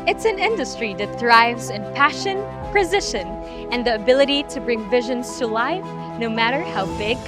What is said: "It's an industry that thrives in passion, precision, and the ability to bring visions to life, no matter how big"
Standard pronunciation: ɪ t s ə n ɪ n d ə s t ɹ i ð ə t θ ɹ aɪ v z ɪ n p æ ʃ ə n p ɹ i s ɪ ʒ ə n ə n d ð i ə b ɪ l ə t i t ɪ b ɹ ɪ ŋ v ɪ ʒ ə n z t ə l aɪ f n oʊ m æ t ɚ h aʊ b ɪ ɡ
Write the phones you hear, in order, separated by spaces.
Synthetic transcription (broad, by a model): ɪ t s ə n ɪ n d ə s t ɹ i ð ə t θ ɹ aɪ v z ɪ n p æ ʃ ə n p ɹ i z ɪ ʃ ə n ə n ð i ə b ɪ l ə t i t ɪ b ɹ ɪ ŋ v ɪ ʒ ə n z t ə l aɪ f n oʊ m æ t ɚ h aʊ b ɪ ɡ